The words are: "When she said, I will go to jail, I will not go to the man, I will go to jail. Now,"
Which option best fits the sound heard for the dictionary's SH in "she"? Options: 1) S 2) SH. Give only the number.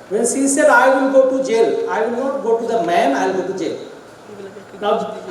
1